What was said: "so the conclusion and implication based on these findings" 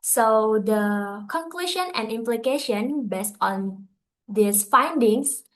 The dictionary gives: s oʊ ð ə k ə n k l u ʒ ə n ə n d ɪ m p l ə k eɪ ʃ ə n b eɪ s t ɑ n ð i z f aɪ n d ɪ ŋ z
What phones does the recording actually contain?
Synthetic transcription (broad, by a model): s oʊ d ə k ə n k l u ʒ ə n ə n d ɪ m p l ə k eɪ ʃ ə n b eɪ s t ɑ n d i s f aɪ n d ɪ ŋ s